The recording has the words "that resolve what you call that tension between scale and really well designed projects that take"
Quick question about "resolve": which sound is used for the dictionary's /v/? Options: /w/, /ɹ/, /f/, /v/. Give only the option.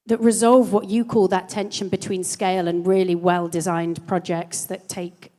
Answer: /v/